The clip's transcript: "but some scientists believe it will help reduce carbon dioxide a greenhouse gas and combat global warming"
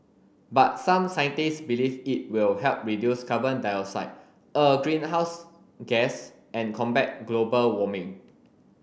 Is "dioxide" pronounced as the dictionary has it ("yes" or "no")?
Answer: no